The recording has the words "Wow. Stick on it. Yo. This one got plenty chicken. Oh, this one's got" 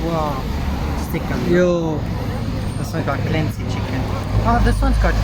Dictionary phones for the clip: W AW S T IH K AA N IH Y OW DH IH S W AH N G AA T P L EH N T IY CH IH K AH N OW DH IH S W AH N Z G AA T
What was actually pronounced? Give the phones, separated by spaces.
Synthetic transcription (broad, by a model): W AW S T IH K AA IH Y OW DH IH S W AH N G AA T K L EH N S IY CH IH K AH N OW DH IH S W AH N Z G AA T